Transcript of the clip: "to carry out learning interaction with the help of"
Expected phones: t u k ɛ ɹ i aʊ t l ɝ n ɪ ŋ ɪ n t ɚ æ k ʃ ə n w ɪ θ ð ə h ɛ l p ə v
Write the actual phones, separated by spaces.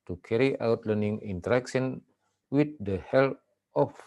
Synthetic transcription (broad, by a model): t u k ɛ ɹ i aʊ t l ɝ n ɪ ŋ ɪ n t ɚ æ k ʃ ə n w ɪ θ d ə h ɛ l ə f